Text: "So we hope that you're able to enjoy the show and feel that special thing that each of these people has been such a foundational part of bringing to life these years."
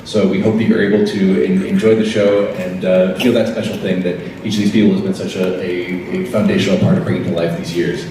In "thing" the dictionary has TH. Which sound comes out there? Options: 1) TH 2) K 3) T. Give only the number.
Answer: 1